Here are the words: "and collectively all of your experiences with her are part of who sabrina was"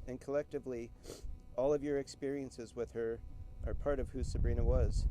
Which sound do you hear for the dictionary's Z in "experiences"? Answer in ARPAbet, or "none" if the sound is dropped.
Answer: Z